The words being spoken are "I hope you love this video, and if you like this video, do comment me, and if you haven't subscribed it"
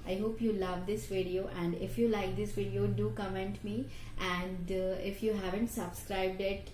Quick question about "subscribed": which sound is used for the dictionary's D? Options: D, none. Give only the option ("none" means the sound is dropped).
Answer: D